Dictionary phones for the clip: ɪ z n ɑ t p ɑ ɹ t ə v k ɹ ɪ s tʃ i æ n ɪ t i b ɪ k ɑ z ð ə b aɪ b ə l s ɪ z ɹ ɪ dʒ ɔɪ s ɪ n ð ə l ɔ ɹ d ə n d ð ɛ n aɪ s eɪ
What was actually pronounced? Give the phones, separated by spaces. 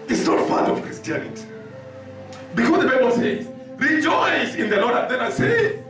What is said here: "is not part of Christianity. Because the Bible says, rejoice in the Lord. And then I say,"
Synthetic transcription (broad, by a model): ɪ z n ɑ t f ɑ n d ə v k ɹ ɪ s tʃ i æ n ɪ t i b ɪ k ɑ z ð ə b aɪ b ə l s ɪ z ɹ ɪ dʒ ɔɪ s ɪ n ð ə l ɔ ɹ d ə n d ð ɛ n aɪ s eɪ